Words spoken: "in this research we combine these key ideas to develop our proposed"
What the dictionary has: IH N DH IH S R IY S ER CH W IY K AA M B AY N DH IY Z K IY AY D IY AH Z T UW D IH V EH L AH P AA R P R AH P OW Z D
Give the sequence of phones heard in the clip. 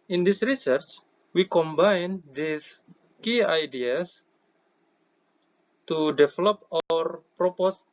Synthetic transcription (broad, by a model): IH N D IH S R IY S ER CH W IY K AA M B AY N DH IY S K IY AY D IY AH S T UW D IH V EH L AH P AA R P R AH P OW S